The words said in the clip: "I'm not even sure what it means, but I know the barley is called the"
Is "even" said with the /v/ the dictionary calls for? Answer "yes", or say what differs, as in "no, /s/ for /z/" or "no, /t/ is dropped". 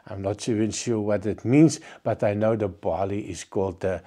no, /v/ is dropped